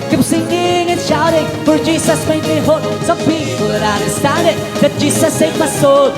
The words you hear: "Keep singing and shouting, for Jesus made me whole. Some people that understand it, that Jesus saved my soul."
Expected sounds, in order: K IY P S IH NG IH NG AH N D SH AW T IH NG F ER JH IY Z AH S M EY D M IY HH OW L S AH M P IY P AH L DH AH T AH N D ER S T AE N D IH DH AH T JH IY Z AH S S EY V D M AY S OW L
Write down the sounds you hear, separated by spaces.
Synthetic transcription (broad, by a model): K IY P S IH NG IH NG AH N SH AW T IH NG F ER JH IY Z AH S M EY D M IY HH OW N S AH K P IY F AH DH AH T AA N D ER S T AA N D IH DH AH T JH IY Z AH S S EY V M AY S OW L